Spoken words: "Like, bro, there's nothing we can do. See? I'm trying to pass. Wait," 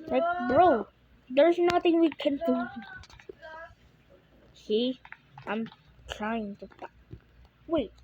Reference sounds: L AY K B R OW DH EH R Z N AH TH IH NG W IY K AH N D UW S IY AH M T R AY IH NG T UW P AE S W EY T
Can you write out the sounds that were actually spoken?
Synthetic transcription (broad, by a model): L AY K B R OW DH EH R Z N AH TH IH NG W IY K AH N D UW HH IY AH M T R AY IH NG T UW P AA W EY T